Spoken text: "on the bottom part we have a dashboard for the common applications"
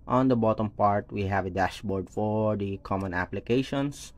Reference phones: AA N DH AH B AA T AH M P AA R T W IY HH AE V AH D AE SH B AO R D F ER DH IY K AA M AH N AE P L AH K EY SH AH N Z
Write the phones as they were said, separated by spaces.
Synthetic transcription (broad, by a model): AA N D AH B AA T AH M P AA R T W IY HH AE V AH D AE SH B AO R D F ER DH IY K AA M AH N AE P L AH K EY SH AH N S